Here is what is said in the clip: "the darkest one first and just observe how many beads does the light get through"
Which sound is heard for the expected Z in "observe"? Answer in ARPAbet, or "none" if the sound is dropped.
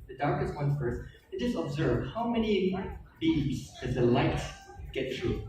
Z